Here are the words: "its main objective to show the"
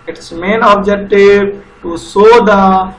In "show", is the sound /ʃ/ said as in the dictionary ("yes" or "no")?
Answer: no